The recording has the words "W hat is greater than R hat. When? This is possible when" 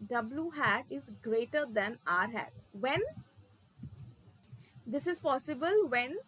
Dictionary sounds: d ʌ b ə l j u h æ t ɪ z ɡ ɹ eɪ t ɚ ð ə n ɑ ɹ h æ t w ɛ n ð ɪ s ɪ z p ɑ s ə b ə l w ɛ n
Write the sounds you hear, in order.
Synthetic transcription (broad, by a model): d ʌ b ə l j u h æ t ɪ z ɡ ɹ eɪ t ɚ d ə n ɑ ɹ h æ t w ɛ n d ɪ s ɪ z p ɑ s ə b ə l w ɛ n